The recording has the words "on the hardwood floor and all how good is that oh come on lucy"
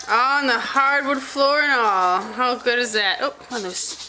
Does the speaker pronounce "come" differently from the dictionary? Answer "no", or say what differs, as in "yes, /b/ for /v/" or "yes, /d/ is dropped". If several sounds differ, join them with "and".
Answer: yes, /m/ is dropped